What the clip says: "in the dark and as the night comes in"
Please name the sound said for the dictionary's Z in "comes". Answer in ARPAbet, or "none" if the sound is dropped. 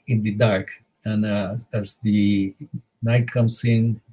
S